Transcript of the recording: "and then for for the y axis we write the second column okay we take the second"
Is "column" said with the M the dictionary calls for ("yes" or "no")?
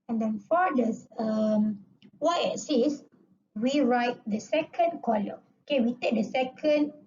no